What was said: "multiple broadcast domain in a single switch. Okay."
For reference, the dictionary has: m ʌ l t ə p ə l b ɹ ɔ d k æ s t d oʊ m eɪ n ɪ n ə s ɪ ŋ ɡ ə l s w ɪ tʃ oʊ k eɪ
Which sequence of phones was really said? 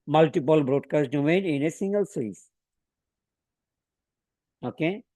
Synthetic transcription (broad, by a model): m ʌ l t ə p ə l b ɹ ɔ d k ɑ s t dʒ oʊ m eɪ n ɪ n ə s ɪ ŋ ɡ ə l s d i s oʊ k eɪ